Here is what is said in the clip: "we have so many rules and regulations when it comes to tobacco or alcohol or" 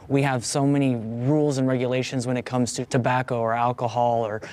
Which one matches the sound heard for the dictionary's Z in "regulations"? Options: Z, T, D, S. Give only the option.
Z